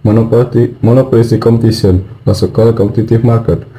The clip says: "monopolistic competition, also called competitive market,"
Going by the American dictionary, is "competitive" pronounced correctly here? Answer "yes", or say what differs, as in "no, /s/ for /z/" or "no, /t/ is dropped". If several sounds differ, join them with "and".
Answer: no, /f/ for /v/